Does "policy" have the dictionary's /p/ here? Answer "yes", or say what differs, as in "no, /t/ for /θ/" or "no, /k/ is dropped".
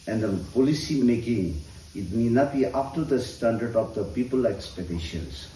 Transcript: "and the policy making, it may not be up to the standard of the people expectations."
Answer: yes